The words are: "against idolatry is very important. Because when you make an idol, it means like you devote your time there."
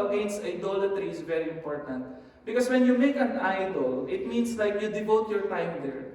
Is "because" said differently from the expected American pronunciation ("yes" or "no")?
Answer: yes